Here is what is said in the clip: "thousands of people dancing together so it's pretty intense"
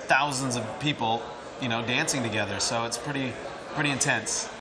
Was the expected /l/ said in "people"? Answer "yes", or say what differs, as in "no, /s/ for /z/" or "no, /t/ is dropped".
no, /n/ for /l/